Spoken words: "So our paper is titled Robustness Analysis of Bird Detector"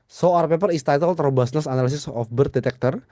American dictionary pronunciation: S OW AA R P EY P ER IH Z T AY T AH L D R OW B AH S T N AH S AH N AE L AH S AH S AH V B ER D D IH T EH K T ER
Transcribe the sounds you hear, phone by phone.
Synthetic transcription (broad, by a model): S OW AA R P EY P ER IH S T AY T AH L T R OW B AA S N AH S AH N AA L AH S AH S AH F B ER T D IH T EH K T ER